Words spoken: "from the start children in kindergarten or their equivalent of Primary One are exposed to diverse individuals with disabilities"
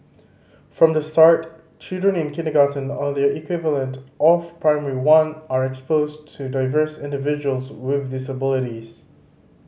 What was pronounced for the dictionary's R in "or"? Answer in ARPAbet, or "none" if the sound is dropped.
L